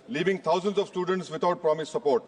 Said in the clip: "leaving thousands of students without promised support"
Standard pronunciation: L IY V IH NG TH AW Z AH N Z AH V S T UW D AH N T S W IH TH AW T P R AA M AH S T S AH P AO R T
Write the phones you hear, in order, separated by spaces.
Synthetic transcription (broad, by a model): L IY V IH NG T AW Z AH N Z AH V S T UW D AH N T S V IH T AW T P R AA M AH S S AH P AO R T